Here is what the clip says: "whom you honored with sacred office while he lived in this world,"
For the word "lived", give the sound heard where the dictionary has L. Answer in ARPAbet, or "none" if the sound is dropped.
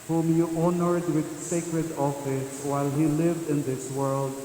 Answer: L